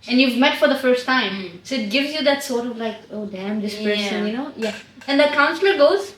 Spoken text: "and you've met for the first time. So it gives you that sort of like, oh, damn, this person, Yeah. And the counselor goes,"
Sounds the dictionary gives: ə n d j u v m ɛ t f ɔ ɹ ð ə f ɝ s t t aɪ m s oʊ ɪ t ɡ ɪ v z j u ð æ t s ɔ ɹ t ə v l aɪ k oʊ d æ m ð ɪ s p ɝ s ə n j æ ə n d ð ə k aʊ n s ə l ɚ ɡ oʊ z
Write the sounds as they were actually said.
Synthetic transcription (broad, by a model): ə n j u v m ɛ t f ɔ ɹ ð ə f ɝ s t t aɪ m s oʊ ɪ t ɡ ɪ v z j u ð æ t s ɔ ɹ t ə v l aɪ k oʊ d æ m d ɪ s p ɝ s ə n j æ ə n d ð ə k aʊ n s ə l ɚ ɡ oʊ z